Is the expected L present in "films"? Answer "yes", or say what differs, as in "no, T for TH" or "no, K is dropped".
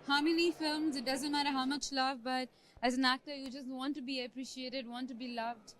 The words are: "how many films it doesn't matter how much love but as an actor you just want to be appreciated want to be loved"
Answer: yes